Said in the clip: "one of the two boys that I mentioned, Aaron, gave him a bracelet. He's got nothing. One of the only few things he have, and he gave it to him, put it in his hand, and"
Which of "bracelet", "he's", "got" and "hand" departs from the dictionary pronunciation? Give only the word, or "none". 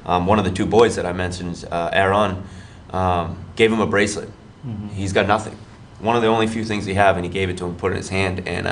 none